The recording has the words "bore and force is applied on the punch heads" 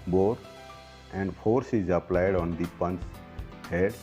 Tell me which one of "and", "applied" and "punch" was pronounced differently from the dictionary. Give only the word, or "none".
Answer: punch